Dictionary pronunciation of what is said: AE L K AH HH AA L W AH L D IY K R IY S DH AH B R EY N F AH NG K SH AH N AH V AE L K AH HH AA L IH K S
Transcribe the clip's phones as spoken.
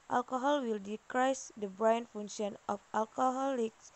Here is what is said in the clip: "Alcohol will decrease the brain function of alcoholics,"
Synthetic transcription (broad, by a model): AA L K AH HH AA L W AH L D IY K R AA S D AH B R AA N F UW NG SH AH N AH F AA L K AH HH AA L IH K S